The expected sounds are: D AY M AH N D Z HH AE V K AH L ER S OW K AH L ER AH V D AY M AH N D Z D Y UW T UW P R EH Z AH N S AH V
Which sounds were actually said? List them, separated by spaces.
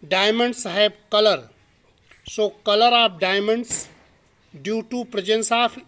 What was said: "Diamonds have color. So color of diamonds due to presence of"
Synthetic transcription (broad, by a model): D AY M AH N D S HH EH B K AH L ER S OW K AH L ER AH P D AY M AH N D S D Y UW T UW P R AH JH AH N S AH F